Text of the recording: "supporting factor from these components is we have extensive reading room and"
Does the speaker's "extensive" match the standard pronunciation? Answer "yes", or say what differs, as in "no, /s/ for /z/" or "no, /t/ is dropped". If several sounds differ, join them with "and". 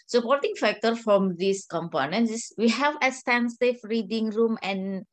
no, /k/ is dropped and /f/ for /v/